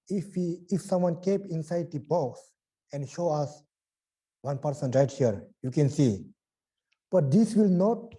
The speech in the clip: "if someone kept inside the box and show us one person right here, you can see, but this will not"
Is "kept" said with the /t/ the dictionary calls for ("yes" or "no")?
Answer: no